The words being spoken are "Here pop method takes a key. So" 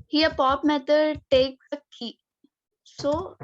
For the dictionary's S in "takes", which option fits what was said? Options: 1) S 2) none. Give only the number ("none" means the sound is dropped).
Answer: 2